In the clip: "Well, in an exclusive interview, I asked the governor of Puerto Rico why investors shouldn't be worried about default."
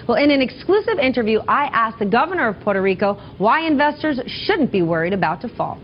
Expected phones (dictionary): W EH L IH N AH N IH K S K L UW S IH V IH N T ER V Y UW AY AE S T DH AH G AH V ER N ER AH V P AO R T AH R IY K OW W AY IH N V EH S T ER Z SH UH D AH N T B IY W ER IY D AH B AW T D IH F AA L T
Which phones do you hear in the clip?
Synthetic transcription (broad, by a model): W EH L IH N AH N IH K S K L UW S IH V IH N T ER V Y UW AY AE S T DH AH G AH V ER N ER AH V P AO R T AH R IY K OW W AY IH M V EH S T ER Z SH UH D N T B IY W ER IY D AH B AW T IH F AA L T